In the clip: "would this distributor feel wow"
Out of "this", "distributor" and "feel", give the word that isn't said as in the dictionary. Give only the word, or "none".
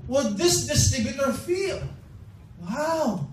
distributor